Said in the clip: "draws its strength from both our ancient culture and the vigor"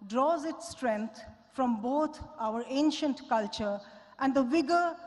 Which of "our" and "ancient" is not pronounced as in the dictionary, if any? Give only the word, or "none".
none